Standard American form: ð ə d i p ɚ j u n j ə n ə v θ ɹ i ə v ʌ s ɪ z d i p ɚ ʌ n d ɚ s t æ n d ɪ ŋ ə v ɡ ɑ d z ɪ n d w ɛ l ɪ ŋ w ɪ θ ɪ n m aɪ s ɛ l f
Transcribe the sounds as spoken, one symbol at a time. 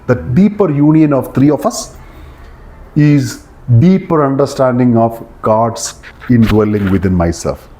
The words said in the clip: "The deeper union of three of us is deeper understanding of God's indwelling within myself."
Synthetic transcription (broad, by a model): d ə d i p ɚ j u n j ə n ə v t ɹ i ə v ʌ s ɪ z d i p ɚ ʌ n d ɚ s t æ n d ɪ ŋ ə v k ɑ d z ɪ n d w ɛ l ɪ ŋ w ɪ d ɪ n m aɪ s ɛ l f